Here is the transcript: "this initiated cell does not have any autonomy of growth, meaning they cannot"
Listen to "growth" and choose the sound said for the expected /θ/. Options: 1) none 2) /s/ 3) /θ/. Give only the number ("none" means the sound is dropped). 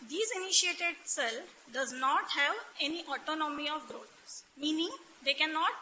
2